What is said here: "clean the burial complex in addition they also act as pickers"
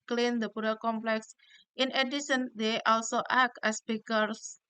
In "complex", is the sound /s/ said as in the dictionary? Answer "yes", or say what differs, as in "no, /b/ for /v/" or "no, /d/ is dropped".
yes